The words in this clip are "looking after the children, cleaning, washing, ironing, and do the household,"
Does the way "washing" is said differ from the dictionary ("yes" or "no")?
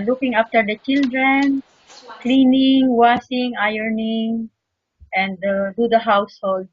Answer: yes